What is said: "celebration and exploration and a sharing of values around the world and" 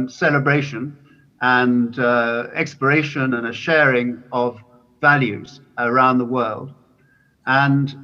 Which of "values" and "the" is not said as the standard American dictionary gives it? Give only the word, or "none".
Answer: none